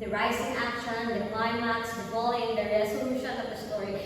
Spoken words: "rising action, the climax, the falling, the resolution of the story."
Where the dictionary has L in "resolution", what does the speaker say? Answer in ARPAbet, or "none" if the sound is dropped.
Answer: none